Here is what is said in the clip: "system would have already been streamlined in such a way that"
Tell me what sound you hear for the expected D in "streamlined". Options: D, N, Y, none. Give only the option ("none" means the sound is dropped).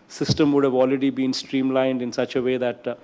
D